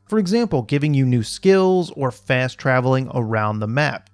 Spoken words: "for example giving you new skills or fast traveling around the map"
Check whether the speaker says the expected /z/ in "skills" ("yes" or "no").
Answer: yes